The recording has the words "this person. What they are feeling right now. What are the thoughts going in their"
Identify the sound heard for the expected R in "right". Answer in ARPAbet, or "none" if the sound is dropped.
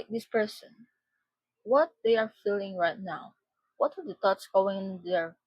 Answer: R